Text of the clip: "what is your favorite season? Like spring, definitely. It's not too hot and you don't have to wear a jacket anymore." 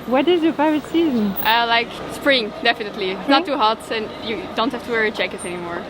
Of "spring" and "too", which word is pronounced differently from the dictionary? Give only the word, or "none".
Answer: none